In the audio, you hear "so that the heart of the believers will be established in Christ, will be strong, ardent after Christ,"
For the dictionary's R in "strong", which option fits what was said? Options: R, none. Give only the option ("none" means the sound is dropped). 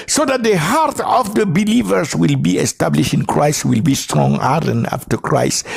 R